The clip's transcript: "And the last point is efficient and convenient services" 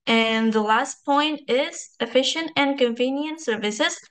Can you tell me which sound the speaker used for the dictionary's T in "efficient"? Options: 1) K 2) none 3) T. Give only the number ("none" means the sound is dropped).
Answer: 3